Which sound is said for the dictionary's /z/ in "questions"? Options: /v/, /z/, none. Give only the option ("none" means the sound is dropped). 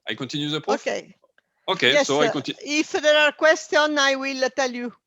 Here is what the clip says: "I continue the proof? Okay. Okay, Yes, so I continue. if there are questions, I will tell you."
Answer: none